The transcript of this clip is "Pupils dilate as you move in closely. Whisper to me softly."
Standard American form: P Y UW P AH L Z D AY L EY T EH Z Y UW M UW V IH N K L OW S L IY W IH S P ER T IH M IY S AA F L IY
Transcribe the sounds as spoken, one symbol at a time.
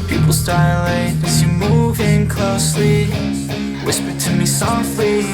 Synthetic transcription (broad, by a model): P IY P L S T AY L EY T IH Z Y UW M UW V IH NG K L OW S L IY W IH S P ER T IH M IY S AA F L IY